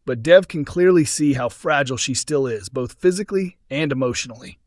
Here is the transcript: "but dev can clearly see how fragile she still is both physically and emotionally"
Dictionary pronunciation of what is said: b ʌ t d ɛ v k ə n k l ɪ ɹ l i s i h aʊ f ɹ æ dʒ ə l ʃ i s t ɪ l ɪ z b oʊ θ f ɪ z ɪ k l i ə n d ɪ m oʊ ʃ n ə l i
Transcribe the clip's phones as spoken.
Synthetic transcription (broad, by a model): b ʌ t d ɛ v k ə n k l ɪ ɹ l i s i h aʊ f ɹ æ dʒ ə l ʃ i s t ɪ l ɪ z b oʊ θ f ɪ z ɪ k l i ə n d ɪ m oʊ ʃ n l i